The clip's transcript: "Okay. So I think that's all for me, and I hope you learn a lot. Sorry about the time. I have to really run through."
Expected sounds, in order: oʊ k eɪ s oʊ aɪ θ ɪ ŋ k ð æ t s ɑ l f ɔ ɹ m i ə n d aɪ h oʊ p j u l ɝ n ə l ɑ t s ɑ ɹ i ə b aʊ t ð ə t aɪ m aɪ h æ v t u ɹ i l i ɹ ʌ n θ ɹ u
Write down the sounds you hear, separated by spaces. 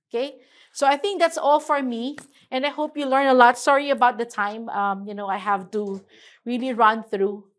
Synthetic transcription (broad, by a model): oʊ k eɪ s oʊ aɪ θ ɪ ŋ k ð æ t s ɑ l f ɔ ɹ m i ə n aɪ h oʊ p j u l ɝ n ə l ɑ t s ɑ ɹ i ə b aʊ t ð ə t aɪ m aɪ h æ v t u ɹ i l i ɹ ʌ n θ ɹ u